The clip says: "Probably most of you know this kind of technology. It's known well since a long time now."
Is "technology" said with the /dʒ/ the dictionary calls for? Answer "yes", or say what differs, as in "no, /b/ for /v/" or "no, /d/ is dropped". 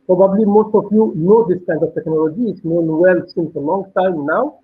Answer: yes